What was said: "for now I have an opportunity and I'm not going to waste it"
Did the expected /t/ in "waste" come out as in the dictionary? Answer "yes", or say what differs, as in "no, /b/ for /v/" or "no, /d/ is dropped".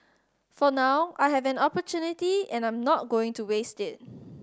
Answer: yes